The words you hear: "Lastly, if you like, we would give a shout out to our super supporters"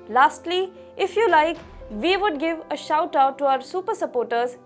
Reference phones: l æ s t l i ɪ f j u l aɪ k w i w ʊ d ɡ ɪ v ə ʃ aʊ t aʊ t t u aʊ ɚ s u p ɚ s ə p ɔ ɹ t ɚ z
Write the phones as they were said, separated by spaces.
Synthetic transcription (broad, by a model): l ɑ s t l i ɪ f j u l aɪ k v i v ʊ d ɡ ɪ v ə ʃ aʊ t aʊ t t u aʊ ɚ s u p ɚ s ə p ɔ ɹ t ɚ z